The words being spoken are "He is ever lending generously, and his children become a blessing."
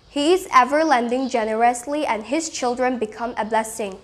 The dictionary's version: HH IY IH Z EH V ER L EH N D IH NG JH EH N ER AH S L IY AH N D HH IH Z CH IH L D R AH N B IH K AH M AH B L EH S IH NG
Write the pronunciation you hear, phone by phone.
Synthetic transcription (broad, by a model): HH IY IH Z EH V ER L EH N D IH NG JH EH N ER AH S L IY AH N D HH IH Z CH IH L D R AH N B IH K AH M AH B L EH S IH NG